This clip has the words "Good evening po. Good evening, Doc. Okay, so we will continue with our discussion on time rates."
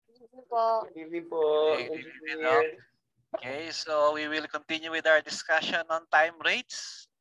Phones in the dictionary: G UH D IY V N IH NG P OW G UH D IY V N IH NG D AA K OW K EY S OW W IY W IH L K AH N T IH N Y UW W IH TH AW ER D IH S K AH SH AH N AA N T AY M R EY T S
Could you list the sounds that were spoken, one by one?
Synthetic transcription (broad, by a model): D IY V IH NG P OW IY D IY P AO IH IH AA OW K EY S OW W IY W IH L K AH N T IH N Y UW W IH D AW ER D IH S K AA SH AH N AA N T AY M R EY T S